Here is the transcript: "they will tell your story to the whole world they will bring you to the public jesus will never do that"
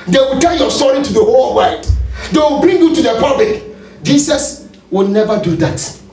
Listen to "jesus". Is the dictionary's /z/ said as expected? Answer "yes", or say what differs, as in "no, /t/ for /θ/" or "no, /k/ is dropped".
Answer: no, /s/ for /z/